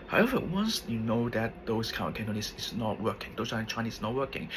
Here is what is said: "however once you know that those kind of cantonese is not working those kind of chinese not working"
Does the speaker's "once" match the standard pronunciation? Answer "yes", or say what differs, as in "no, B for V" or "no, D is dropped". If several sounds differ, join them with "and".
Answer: yes